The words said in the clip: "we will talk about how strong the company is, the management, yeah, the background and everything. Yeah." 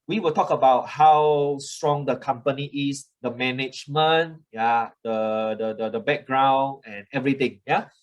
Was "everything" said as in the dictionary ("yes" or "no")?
no